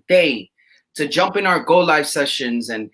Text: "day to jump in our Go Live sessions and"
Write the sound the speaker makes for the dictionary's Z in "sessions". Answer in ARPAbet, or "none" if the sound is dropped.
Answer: Z